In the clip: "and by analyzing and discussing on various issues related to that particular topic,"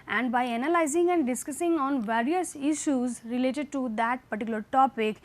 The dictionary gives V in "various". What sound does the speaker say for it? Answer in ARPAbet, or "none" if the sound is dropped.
V